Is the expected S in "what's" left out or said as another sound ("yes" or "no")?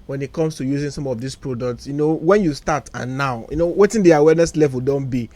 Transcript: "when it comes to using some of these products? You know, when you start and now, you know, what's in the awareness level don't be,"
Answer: yes